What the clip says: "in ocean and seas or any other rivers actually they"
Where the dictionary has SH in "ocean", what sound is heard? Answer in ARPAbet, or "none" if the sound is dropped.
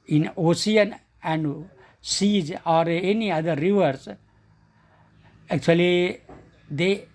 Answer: S